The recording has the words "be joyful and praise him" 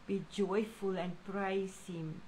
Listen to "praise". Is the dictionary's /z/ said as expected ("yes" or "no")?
no